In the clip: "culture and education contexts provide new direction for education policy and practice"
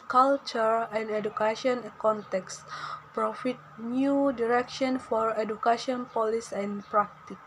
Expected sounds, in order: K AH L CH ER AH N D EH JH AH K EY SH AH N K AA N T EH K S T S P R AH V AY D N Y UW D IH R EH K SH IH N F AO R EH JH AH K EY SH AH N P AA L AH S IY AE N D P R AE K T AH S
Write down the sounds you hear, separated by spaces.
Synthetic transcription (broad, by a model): K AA L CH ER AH N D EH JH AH K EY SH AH N K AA N T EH K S S P R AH F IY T N Y UW D IH R EH K SH IH N F AO R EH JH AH K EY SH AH N P AA L AH S IY N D P R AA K T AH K